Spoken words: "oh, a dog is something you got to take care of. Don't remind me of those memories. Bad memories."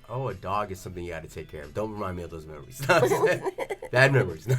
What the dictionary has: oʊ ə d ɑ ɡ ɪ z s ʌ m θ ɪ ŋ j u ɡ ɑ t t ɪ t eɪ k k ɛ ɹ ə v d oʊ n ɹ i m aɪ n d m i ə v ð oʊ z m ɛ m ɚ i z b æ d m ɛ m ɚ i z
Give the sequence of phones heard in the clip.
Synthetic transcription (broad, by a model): oʊ ə d ɑ ɡ ɪ z s ʌ m θ ɪ ŋ j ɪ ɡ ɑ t t ɪ t eɪ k k ɛ ɹ ə v d oʊ n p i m aɪ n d m i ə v ð oʊ z m ɛ m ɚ i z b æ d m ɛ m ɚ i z